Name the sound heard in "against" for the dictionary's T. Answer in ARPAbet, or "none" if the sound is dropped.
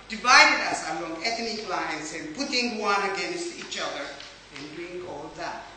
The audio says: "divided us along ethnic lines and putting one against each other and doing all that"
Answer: T